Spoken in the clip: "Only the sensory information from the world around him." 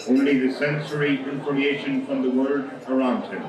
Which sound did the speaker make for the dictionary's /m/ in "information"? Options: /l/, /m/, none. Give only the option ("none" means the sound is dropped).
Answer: none